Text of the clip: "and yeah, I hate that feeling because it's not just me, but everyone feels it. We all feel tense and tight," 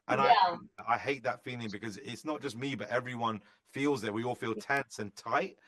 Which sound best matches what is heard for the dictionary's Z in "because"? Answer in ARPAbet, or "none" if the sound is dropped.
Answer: Z